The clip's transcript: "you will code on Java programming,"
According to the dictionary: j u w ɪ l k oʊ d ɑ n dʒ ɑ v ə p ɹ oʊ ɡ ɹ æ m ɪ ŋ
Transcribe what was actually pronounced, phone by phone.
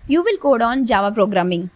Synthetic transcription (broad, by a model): j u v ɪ l k oʊ d ɑ n dʒ ɑ v ə p ɹ oʊ ɡ ɹ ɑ m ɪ ŋ